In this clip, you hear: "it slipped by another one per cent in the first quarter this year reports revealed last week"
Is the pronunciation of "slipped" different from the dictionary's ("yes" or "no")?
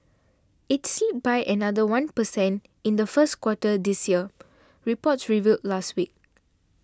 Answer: yes